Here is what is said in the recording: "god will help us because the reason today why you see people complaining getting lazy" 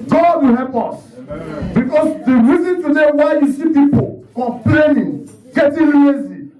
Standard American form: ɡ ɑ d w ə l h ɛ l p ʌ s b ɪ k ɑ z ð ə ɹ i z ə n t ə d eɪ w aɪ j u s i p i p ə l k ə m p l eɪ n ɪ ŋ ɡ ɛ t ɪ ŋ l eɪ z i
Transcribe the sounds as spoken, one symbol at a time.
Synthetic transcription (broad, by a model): ɡ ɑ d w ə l h ɛ l p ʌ s b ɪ k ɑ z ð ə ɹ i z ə n t ə d eɪ w aɪ j u s i p i p ə l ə p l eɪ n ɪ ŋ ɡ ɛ t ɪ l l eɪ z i